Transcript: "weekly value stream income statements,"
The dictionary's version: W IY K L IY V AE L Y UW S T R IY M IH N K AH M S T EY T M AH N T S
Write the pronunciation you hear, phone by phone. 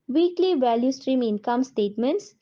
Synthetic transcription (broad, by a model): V IY K L IY V AE L Y UW S T R IY M IH N K AH M S T EY T M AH N T S